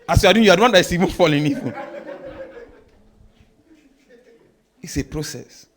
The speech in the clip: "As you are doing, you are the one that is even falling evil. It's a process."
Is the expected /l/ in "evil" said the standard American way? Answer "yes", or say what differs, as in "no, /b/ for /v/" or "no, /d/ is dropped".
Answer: no, /n/ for /l/